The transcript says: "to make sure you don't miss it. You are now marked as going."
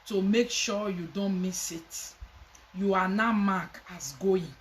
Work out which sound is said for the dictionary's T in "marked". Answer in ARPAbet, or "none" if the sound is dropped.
none